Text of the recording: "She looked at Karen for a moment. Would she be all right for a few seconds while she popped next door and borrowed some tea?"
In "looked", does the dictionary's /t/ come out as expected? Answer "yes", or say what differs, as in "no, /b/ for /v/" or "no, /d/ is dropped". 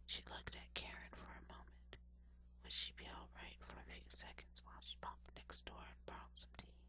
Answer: yes